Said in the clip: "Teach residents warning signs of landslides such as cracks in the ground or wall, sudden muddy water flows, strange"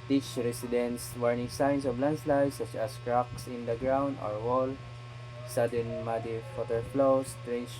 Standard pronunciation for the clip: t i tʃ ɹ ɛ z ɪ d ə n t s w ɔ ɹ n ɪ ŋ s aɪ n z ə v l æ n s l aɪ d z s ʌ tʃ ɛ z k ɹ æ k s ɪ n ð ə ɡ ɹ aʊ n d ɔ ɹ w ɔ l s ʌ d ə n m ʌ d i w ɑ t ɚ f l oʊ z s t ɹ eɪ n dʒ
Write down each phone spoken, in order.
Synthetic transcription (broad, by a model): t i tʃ ɹ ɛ s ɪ d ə n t s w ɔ ɹ n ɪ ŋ s aɪ n s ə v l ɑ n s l aɪ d s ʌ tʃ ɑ s k ɹ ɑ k s ɪ n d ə ɡ ɹ aʊ n d ɔ ɹ w ɔ l s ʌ d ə n m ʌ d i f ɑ t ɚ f l oʊ s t ɹ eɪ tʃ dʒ